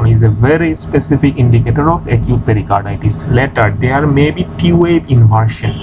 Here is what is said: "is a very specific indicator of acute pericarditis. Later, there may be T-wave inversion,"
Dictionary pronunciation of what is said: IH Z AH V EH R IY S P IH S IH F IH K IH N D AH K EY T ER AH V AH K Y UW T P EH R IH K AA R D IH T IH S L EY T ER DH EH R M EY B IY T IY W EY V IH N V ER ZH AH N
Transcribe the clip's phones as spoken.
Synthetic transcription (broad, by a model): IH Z AH V EH R IY S P IH S IH F IH K IH N D AH K EY T ER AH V AH K Y UW T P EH R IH K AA R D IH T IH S L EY T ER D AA R M EY B IY T IY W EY IH N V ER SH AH N